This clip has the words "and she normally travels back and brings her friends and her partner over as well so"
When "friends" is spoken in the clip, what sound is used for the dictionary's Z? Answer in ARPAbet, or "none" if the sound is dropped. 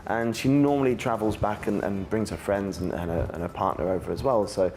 Z